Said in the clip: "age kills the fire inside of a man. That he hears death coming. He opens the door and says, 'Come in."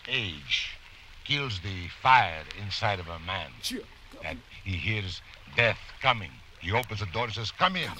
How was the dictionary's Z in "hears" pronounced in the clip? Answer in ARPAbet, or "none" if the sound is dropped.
Z